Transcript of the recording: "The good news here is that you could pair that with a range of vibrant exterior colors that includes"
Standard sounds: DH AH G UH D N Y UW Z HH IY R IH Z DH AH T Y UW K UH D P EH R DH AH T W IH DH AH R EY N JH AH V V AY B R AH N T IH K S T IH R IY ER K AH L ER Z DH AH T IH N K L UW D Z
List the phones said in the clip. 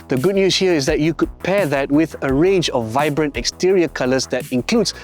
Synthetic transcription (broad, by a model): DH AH G UH D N Y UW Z HH IY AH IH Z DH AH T Y UW K UH D P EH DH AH T W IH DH AH R EY N JH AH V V AY B R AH N T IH K S T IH R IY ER K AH L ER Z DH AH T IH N K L UW D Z